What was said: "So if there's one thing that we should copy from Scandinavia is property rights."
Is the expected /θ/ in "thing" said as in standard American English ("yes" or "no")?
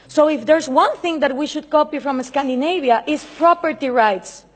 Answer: yes